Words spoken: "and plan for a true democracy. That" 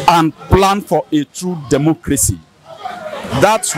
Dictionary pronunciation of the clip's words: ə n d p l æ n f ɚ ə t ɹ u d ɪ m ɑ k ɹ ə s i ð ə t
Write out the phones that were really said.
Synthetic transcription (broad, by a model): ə n p l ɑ n f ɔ ə t ɹ u d ɪ m ɑ k ɹ ə s i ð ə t